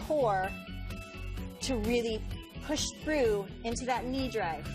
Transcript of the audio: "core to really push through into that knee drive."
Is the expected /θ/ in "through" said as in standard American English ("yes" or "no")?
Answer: yes